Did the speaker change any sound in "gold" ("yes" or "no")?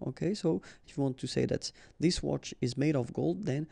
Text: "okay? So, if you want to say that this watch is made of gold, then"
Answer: no